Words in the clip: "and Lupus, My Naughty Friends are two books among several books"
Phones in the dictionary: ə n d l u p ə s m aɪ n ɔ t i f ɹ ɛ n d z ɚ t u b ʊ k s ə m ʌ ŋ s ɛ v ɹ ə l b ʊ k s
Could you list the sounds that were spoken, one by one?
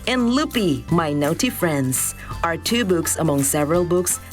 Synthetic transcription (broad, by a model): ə n l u p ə m aɪ n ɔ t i f ɹ ɛ n d z ɚ t u b ʊ k s ə m ʌ ŋ s ɛ v ɹ ə l b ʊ k s